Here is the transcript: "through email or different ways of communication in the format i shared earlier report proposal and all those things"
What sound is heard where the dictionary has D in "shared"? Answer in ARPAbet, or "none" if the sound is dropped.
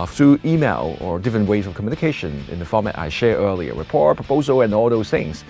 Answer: none